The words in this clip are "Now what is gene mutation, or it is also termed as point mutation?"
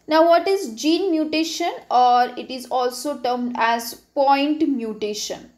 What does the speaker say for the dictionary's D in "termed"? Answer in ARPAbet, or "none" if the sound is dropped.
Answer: D